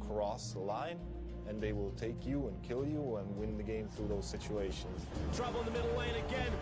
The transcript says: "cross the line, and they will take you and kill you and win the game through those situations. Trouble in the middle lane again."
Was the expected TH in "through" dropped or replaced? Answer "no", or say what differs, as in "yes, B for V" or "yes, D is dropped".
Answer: no